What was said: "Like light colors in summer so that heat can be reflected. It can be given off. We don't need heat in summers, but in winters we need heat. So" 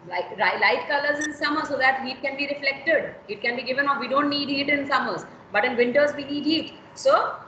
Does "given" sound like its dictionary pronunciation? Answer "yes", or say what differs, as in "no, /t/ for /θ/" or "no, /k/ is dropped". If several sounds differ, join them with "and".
yes